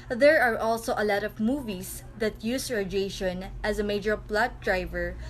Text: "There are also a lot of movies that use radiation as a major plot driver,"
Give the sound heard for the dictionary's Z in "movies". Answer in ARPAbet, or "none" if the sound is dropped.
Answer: S